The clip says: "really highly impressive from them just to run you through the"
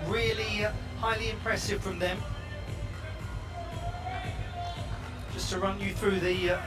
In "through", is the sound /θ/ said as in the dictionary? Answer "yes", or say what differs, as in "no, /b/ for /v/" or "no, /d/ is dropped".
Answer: yes